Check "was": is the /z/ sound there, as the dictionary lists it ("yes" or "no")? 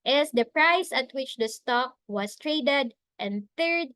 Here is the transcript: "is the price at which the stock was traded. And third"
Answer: no